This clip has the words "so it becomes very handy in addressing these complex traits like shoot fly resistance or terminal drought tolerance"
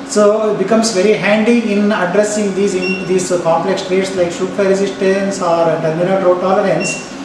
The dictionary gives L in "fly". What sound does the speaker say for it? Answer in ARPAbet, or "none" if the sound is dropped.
none